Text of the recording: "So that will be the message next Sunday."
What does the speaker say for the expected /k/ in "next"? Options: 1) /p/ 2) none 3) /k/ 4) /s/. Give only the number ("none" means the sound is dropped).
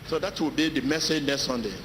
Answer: 2